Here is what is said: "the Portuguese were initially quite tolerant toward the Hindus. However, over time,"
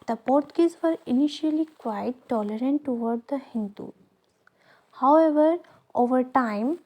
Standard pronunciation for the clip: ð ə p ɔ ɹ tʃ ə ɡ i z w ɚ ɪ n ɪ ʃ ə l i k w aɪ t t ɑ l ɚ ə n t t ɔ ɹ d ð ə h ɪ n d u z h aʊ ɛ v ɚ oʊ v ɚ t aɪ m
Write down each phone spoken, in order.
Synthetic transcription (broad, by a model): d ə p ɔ ɹ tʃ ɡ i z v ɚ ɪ n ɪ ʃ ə l i k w aɪ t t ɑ l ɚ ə n t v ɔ ɹ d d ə h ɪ n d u h aʊ ɛ v ɚ oʊ v ɚ t aɪ m